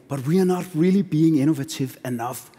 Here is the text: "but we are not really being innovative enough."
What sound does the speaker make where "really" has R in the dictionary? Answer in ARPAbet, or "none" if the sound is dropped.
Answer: R